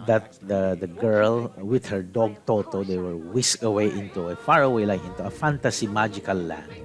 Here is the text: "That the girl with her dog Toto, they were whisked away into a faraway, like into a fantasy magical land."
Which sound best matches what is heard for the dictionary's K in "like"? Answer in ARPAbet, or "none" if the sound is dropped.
none